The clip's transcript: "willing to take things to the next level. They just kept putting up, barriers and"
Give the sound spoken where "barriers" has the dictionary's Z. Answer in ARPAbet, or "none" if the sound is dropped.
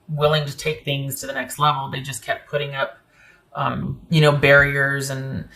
Z